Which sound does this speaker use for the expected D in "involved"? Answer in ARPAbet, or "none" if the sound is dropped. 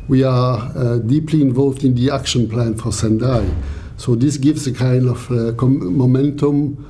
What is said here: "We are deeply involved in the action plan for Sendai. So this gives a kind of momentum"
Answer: D